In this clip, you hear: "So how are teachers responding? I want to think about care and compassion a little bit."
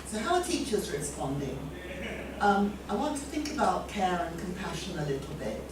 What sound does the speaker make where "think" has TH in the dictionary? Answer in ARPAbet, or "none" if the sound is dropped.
TH